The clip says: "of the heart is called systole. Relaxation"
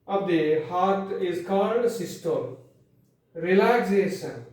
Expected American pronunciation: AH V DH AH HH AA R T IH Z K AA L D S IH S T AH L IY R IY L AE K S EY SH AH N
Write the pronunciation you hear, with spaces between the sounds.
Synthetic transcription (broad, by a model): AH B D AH HH AA R T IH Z K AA N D S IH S T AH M R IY L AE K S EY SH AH N